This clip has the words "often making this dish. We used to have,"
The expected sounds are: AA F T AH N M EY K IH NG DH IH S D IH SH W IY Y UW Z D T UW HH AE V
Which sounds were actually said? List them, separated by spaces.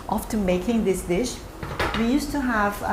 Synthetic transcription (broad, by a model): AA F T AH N M EY K IH NG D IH S D IH SH W IY Y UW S T UW HH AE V